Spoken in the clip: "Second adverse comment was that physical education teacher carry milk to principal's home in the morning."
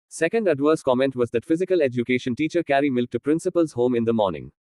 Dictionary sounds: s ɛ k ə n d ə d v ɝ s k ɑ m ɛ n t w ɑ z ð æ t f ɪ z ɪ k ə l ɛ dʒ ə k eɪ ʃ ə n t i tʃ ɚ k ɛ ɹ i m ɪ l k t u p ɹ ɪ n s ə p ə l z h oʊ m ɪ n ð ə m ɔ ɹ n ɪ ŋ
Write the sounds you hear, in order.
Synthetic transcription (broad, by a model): s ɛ k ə n d ə d v ɝ s k ɑ m ɛ n t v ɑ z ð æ t f ɪ z ɪ k ə l ɛ dʒ ə k eɪ ʃ ə n t i tʃ ɚ k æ ɹ i m ɪ l k t u p ɹ ɪ n s ə p ə l z h oʊ m ɪ n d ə m ɔ ɹ n ɪ ŋ